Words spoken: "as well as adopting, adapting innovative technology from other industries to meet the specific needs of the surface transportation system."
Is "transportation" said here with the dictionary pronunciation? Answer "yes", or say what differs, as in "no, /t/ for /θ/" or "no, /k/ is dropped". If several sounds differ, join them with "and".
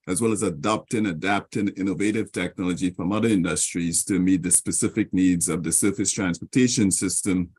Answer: yes